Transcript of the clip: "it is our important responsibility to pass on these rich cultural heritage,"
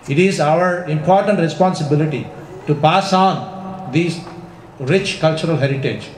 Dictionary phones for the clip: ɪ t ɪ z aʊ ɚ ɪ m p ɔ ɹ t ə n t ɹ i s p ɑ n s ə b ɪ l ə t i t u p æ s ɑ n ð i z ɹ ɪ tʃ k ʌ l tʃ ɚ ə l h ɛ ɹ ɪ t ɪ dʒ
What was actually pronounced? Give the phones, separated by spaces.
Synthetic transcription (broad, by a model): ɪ t ɪ z aʊ ɚ ɪ m p ɔ ɹ t ə n t ɹ i s p ɑ n s ə b ɪ l ə t i t u p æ s ɑ n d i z ɹ ɪ tʃ k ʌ l tʃ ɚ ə l h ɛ ɹ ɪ t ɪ dʒ